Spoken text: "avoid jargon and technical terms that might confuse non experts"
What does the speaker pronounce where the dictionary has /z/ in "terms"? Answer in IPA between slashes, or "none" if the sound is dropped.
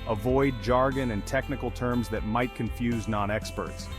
/z/